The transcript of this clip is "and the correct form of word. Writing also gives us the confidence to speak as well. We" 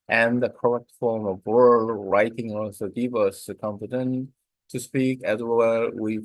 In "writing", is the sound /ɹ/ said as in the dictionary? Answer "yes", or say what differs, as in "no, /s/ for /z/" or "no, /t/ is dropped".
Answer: yes